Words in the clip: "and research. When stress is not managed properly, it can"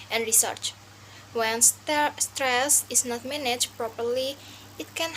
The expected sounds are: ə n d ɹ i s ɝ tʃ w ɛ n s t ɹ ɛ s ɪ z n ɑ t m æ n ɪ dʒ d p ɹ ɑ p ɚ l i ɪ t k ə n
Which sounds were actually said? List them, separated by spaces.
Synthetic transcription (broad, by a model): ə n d ɹ i s ɝ tʃ w ɛ n s t ɹ ɛ s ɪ s n ɑ t m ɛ n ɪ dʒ p ɹ ɑ p ɚ l i ɪ t k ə n